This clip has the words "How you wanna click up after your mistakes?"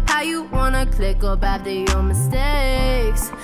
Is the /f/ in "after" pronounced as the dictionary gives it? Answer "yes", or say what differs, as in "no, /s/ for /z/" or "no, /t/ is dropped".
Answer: no, /f/ is dropped